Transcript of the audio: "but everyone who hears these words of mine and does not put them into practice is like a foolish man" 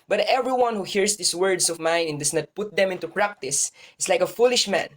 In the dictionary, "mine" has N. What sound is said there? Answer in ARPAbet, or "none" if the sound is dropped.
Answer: N